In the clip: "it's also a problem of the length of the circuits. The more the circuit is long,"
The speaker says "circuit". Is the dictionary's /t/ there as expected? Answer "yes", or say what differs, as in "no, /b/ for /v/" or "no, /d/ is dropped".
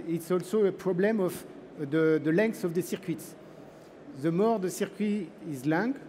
no, /t/ is dropped